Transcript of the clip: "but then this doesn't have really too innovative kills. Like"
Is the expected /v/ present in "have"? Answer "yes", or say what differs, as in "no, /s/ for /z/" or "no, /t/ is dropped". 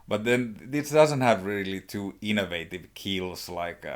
yes